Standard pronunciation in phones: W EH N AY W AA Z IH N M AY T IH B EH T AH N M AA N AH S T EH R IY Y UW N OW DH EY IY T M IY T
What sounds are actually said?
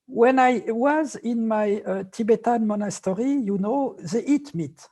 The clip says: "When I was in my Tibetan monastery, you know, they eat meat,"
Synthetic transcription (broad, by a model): W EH N AY W AA Z IH N M AY T IH B EH T AH N M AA N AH S T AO R IY Y UW N OW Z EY IY T M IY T